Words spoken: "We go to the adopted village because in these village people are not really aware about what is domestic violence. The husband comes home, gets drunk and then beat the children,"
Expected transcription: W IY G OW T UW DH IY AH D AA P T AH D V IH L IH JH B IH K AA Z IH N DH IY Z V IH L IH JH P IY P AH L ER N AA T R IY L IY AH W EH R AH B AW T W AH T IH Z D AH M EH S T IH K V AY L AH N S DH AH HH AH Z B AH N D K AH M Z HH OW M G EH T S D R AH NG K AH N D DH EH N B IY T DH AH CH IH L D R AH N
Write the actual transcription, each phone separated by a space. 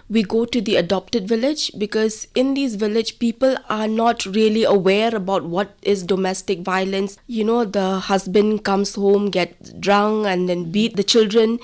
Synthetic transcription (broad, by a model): W IY G OW T UW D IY AH D AA P T AH D V IH L IH JH B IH K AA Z IH N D IY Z V IH L IH JH P IY P AH L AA N AA T R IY L IY AH W EH R AH B AW T W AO T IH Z D AH M EH S T IH K V AY L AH N S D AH HH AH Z B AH N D K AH M S HH OW M G EH T D R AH NG K AH N D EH N B IY T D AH CH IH L D R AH N